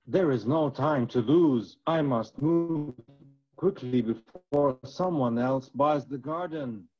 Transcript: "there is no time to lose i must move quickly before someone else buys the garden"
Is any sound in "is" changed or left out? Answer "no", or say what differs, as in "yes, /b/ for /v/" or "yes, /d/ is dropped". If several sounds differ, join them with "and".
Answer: no